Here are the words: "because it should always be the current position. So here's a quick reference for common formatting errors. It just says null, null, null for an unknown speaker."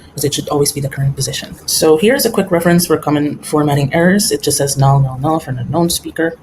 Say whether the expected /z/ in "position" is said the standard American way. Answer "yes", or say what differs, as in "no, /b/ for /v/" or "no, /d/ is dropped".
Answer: yes